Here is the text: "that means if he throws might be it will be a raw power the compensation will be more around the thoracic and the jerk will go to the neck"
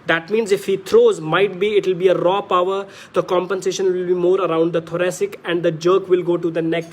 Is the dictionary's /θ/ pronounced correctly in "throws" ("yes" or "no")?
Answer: no